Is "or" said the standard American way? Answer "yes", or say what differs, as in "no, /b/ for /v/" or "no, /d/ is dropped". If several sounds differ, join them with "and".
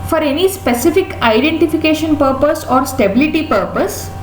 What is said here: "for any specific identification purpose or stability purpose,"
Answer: yes